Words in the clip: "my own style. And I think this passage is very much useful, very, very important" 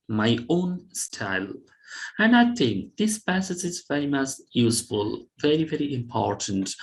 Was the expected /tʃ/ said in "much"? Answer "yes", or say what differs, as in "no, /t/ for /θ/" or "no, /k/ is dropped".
no, /s/ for /tʃ/